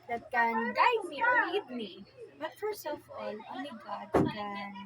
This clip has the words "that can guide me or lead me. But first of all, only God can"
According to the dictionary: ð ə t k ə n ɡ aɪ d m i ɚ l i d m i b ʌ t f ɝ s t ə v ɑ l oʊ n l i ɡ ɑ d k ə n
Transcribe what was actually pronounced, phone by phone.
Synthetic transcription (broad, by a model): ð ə t k ə n ɡ aɪ d m i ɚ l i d m i b ʌ t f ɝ s ə f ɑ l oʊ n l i ɡ ɑ d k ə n